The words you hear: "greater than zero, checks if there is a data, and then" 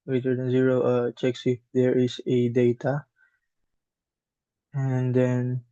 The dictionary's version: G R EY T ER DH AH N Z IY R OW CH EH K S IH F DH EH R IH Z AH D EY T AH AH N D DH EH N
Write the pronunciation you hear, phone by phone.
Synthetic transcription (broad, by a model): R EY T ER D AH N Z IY R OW CH EH K S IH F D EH R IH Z AH D EY T AH AH N D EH N